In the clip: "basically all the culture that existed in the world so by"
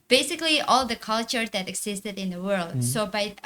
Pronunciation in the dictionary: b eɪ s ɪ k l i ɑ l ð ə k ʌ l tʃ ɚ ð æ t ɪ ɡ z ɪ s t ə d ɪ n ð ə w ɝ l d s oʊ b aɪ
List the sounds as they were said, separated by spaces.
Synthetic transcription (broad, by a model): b eɪ s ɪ k l i ɑ l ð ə k ʌ l tʃ ɚ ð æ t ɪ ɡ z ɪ s t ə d ɪ n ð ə w ɝ l d s oʊ b aɪ